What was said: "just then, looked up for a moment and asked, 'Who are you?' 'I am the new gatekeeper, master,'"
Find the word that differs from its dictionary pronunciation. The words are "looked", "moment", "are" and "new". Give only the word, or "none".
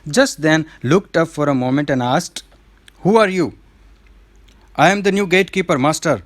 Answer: none